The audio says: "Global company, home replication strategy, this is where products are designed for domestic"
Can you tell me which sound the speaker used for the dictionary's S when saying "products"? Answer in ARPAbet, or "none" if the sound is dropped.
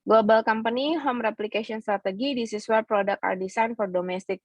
none